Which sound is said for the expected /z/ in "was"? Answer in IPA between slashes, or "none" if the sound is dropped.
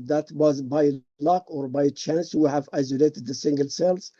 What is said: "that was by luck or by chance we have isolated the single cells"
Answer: /z/